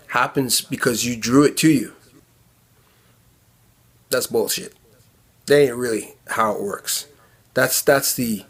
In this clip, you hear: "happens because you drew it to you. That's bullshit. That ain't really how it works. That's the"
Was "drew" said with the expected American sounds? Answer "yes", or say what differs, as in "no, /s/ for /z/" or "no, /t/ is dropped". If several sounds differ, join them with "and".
yes